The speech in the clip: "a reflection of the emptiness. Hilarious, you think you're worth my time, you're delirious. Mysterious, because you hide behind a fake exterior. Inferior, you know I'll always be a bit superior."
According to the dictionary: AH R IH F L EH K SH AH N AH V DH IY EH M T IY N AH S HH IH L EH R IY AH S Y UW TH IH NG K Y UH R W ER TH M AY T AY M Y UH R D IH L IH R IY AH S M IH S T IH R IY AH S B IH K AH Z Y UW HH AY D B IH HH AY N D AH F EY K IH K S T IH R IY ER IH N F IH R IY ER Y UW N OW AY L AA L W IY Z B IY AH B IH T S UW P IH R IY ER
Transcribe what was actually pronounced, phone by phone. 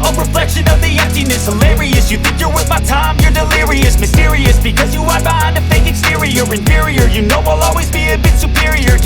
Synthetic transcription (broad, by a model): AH R IH F L EH K SH AH N AH V DH IY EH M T IY N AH S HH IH L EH R IY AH S Y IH TH IH NG K Y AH R W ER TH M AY T AY M Y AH R D IH L IH R IY AH S M IH S T IH R IY AH S B IH K AH Z Y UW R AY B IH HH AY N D AH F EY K IH K S T IH R IY ER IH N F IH R IY ER Y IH N OW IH L AA L W IY Z B IY AH B IH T S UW P IH R IY ER